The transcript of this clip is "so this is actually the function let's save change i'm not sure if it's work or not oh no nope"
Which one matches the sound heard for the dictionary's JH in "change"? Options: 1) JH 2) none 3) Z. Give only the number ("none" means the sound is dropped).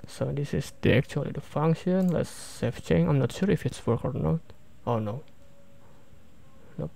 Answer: 2